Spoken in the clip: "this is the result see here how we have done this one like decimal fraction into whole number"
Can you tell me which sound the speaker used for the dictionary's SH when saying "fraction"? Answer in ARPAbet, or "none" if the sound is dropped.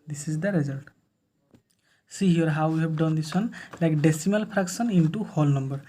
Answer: S